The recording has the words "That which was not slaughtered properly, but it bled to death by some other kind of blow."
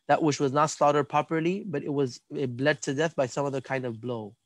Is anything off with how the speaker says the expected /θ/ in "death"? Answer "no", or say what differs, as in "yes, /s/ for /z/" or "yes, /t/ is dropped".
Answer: no